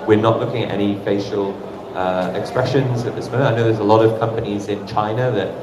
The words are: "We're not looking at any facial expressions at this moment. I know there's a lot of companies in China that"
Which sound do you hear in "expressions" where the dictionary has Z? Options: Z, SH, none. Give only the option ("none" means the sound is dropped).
Z